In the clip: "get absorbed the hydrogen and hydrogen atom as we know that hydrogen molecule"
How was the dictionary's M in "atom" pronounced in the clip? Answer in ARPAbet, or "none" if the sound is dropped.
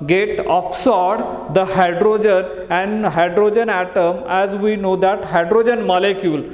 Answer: M